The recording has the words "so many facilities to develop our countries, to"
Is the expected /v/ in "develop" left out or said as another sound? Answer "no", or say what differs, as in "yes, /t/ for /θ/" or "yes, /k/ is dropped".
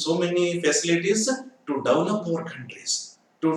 yes, /v/ is dropped